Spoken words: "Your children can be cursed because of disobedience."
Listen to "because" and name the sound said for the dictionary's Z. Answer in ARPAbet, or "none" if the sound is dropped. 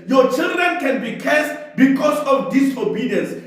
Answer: S